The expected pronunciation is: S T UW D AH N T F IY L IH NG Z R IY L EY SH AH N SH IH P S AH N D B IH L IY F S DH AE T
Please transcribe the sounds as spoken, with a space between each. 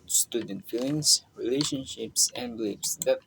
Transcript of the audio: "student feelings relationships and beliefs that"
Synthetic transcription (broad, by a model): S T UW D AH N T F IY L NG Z R IY L EY SH AH N SH IH P S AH N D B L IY P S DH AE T